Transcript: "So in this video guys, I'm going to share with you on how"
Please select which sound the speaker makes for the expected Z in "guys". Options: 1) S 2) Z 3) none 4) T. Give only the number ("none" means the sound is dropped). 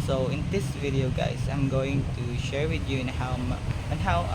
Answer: 1